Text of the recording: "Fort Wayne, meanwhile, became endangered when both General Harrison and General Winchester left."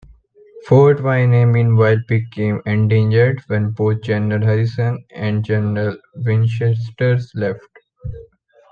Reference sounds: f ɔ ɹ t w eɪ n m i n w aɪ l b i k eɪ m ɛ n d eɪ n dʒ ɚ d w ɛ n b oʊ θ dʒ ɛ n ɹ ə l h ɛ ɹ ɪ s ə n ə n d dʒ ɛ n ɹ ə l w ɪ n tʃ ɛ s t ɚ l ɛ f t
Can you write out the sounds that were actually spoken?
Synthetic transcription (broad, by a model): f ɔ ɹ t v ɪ n m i n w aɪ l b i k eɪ m ɛ n d eɪ n dʒ ɚ d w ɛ n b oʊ t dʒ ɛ n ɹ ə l h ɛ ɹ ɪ s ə n ə n d dʒ ɛ n ɹ ə l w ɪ n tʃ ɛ s t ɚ l ɛ f t